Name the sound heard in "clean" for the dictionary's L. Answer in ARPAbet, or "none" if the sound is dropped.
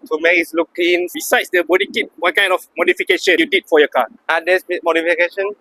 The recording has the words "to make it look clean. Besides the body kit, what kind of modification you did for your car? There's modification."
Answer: none